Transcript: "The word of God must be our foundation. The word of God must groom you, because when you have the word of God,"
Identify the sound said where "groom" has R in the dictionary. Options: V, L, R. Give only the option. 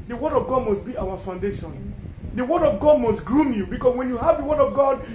R